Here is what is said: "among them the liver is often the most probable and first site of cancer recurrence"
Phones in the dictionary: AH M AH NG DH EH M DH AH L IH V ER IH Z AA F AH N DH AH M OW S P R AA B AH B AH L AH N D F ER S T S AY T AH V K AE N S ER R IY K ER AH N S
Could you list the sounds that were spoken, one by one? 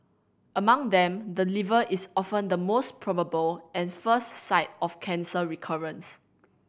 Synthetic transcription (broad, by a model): AH M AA NG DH EH M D AH L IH V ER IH S AA F AH N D AH M OW S P R AA B AH B AH L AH N F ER S T S AY T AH F K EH N S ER R IY K ER AH N S